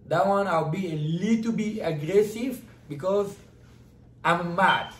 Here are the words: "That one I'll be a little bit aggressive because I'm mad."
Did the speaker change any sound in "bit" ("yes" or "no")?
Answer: yes